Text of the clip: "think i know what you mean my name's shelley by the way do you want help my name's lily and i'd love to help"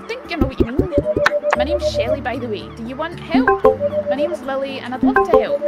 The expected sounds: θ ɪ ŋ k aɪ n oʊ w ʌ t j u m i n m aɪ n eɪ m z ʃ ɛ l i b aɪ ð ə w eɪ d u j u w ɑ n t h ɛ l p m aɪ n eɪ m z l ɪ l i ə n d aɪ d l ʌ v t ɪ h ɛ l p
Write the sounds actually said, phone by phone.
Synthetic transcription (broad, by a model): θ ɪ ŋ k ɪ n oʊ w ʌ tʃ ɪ m i n m aɪ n eɪ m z ʃ ɛ l i b aɪ ð ə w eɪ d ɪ j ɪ w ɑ n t h ɛ l p m aɪ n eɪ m z l ɪ l i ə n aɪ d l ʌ t ɪ h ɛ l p